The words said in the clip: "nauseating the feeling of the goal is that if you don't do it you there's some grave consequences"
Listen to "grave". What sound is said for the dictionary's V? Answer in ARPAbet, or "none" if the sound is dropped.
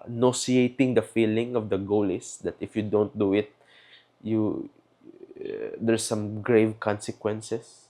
V